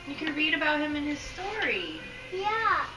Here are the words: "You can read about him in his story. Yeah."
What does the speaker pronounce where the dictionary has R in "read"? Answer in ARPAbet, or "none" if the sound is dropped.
R